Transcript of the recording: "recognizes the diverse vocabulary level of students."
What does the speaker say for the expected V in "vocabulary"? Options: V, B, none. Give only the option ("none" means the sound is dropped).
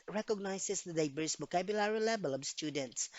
B